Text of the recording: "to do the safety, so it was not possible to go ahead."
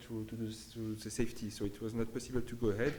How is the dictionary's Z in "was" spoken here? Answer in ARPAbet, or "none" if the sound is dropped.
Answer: Z